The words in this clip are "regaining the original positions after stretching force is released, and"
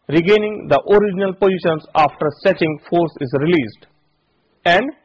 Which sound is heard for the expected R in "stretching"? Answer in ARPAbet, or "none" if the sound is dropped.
none